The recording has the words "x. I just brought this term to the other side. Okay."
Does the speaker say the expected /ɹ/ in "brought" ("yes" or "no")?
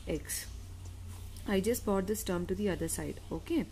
no